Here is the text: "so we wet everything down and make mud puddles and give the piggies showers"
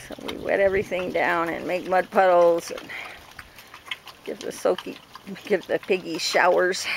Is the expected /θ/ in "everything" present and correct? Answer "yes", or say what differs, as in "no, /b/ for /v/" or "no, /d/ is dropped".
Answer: yes